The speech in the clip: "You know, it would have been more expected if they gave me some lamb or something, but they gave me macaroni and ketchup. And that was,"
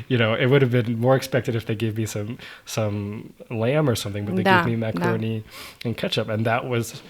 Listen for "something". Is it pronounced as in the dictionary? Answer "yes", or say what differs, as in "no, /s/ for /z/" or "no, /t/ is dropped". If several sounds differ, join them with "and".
yes